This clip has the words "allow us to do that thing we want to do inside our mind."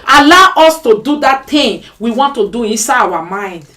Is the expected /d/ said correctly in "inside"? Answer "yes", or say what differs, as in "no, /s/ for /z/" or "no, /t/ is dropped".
no, /d/ is dropped